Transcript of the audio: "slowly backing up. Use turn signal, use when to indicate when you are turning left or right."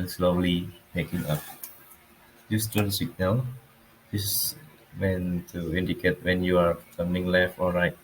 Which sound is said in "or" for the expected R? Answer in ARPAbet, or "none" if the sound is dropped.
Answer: L